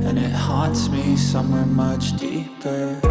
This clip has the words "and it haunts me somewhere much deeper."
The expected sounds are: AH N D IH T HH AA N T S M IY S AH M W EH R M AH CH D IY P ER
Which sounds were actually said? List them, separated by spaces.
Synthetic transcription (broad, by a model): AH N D IH T HH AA T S M IY S AH M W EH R M AH CH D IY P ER